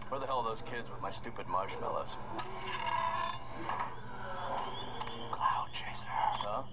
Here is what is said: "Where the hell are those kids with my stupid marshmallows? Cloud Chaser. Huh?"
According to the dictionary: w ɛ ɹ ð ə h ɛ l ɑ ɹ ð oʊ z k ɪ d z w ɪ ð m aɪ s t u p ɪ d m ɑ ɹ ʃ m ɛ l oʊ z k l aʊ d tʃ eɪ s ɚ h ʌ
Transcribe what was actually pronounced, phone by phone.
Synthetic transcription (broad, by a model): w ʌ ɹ ð ə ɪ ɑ l ð oʊ z k ɪ d z w ɪ ð m aɪ s t u p ɪ d m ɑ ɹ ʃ m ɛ l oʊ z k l aʊ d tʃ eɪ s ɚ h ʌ